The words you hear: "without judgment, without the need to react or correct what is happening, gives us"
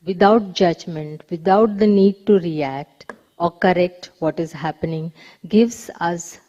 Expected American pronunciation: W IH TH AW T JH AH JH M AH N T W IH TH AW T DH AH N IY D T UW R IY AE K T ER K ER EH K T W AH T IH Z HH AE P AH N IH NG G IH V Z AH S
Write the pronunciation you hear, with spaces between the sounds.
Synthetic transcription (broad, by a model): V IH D AW T JH AH JH M AH N T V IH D AW T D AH N IY D T UW R IY AE K T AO K ER EH K T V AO T IH Z HH AE P AH N IH NG G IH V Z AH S